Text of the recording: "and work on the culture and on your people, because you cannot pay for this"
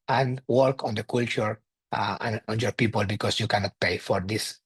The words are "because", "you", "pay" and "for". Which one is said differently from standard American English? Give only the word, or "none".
because